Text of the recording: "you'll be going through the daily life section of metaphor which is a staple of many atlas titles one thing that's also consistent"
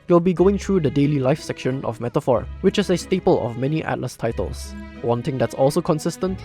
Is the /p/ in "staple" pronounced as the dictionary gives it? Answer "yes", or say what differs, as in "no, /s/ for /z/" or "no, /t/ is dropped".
yes